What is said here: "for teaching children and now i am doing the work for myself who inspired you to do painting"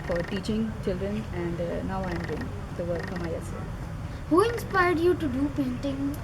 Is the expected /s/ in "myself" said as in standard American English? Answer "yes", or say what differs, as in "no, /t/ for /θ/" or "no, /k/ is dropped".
no, /s/ is dropped